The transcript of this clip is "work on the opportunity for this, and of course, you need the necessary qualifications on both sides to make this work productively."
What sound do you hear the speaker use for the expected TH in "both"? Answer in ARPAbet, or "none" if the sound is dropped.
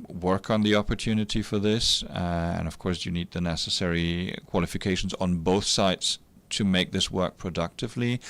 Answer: TH